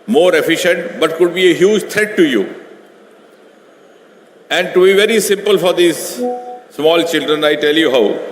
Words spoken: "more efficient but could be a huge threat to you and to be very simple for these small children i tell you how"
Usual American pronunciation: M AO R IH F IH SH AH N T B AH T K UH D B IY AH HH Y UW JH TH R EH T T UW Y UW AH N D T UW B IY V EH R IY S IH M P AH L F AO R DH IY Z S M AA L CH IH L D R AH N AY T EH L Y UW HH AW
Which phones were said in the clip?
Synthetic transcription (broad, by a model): M AO R IH F IH SH AH N T B AH T K UH D B IY AH HH Y UW JH T R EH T T UW Y UW AH N D T UW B IY V EH R IY S IH M P AH L F AO R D IY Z S M AA L CH IH L D R AH N AY T EH L Y UW HH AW